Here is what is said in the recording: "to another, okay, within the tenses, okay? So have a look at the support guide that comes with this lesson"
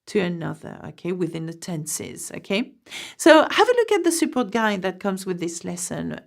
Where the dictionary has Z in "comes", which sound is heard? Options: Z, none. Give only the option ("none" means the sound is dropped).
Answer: Z